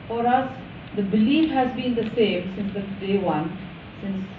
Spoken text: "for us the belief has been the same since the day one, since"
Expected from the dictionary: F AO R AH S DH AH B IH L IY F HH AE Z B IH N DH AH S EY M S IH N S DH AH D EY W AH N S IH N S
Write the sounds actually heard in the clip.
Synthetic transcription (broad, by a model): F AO R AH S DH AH B IH L IY F HH AE Z B IH N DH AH S EY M S IH N S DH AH D EY W AH N S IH N S